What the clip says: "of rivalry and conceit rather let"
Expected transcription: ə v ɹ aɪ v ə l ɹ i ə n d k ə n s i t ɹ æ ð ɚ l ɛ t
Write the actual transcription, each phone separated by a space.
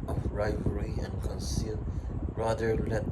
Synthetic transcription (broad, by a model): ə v ɹ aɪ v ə ɹ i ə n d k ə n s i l ɹ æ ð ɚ l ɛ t